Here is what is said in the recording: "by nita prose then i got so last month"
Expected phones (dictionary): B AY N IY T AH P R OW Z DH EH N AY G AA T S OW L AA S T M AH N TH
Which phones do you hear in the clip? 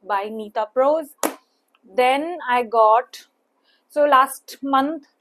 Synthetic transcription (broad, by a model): B AY N IY T AH P R OW Z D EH N AY G AA T S OW L AA S T M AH N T